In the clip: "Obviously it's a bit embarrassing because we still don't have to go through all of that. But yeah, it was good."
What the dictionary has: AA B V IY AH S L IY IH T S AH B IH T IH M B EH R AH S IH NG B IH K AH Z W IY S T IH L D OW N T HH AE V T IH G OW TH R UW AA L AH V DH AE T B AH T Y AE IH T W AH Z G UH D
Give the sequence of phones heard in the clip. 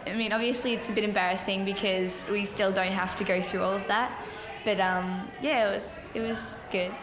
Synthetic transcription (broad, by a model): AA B V IY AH S L IY IH T S AH B IH T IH M B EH R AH S IH NG B IH K AH Z W IY S T IH L D OW N T HH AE F T IH G OW TH R UW AA L AH V DH AE T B AH T Y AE IH T W AH Z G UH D